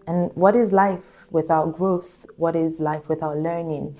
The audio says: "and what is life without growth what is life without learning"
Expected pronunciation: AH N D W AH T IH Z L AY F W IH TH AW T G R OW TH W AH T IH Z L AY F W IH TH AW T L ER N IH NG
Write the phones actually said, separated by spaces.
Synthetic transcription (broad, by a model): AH N W AH T IH Z L AY F W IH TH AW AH G R OW TH W AH T IH Z L AY F W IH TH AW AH L ER N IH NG